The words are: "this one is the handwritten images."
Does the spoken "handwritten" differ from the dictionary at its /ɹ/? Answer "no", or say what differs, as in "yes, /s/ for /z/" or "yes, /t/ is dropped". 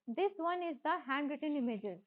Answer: no